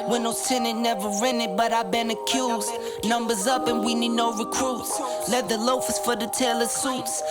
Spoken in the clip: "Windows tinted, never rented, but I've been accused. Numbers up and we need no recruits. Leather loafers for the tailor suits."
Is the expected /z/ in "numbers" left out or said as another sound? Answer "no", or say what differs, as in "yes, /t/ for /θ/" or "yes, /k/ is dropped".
no